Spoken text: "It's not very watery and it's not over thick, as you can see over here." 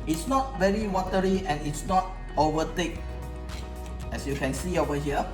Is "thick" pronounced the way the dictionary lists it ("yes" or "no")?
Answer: no